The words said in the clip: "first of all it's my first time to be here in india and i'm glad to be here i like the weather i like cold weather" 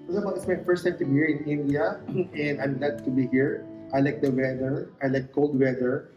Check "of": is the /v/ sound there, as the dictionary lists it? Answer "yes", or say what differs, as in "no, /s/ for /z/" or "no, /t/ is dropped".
no, /b/ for /v/